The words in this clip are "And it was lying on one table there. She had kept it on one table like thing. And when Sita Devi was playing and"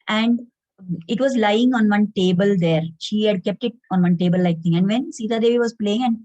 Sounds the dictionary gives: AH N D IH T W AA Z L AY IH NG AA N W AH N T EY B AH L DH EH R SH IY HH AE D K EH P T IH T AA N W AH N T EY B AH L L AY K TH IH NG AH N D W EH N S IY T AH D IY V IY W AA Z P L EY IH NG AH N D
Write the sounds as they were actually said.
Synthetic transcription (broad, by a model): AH N D IH T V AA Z L AY IH NG AA N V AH N T EY B AH L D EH R SH IY HH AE D K EH P T IH T AA N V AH N T EY B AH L L AY K T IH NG AH N D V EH N S IY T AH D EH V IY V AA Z P L EY IH NG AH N D